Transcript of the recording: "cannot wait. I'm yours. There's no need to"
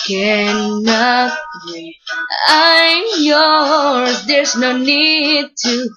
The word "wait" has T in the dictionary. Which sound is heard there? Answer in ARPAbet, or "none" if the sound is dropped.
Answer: none